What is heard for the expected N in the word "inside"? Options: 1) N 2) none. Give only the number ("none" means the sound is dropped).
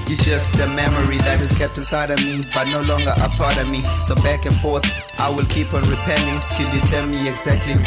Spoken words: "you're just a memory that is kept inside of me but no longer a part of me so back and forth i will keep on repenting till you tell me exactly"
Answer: 2